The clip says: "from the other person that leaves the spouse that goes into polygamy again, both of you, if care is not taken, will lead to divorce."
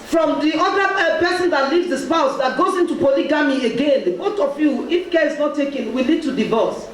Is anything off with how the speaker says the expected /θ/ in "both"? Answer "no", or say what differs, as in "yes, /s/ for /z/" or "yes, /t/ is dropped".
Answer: yes, /t/ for /θ/